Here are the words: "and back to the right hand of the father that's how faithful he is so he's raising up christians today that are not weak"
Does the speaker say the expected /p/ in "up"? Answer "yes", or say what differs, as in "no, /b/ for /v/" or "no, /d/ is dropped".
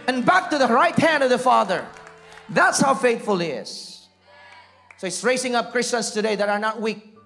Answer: yes